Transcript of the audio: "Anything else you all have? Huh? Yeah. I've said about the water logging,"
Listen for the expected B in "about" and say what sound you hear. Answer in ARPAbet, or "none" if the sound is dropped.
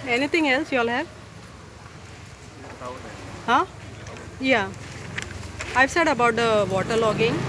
B